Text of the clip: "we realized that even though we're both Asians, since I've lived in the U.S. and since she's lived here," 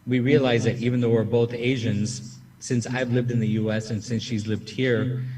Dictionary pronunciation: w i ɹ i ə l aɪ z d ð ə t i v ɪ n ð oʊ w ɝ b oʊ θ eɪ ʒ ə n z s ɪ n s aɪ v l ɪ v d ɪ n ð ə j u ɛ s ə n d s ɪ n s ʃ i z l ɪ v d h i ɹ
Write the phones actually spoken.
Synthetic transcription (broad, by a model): w i ɹ i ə l aɪ z ð ə t i v ɪ n ð oʊ w ɝ b oʊ θ eɪ ʒ ə n z s ɪ n s aɪ v l ɪ v d ɪ n ð ə j u ɛ s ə n s ɪ n s ʃ i z l ɪ v d h i ɹ